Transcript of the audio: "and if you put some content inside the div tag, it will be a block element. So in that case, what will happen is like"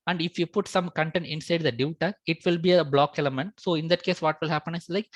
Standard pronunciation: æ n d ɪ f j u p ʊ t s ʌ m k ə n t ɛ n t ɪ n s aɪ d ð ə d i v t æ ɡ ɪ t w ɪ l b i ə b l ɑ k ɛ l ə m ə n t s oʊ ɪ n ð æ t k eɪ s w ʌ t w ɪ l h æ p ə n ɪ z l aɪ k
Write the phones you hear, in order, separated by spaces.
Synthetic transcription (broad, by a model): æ n d ɪ f j u p ʊ t s ʌ m k ə n t ɛ n t ɪ n s aɪ d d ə d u t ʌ ɪ t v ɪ l b i ə b l ɑ k ɛ l ə m ə n t s oʊ ɪ n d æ t k eɪ s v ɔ t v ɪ l h æ p ə n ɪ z l aɪ k